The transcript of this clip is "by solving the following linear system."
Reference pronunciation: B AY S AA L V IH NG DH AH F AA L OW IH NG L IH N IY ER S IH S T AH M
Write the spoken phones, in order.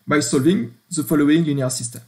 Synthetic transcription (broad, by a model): B AY S AA L V IH NG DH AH F AA L OW IH NG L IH N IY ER S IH S T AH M